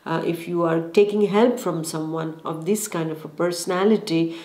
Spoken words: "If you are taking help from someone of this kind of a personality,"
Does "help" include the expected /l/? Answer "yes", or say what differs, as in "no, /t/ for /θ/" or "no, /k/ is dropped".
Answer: yes